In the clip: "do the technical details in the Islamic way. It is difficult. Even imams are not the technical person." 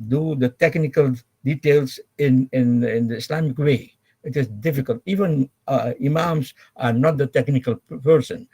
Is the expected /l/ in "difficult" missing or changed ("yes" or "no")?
no